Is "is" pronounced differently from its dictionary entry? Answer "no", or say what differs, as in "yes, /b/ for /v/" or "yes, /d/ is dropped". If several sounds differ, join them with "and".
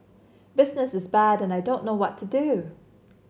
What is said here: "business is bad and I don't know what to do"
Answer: no